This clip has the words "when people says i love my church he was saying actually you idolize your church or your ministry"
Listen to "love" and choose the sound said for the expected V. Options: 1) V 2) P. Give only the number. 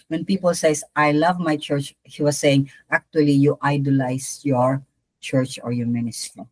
1